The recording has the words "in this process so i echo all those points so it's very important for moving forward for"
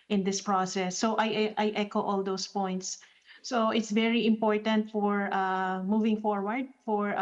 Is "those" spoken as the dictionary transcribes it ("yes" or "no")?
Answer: no